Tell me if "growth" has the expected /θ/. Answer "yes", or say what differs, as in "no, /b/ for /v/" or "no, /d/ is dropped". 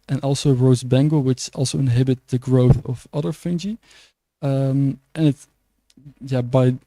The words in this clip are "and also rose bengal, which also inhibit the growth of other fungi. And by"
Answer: yes